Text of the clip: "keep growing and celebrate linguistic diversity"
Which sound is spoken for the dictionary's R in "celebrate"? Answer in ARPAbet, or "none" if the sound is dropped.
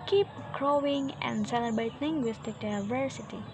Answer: none